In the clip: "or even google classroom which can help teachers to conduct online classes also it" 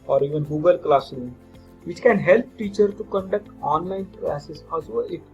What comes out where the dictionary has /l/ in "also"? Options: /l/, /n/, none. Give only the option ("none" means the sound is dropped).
none